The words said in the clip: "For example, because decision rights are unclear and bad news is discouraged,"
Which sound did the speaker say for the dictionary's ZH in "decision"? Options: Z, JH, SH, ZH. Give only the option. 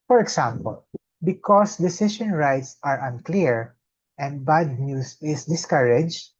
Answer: SH